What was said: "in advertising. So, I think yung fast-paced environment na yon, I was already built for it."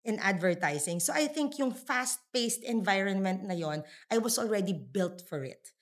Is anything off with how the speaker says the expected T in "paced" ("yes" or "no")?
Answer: no